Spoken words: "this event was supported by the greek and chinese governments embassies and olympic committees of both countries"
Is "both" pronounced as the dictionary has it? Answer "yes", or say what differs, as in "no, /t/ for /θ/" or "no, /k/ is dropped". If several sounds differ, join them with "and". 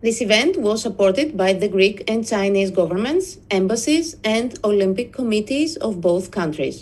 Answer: yes